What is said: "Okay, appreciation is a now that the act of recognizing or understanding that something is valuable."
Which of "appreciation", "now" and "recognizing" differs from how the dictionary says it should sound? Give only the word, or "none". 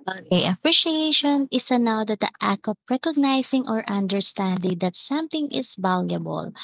recognizing